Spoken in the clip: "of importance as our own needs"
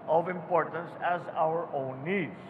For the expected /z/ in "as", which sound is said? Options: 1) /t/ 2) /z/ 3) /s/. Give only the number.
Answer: 2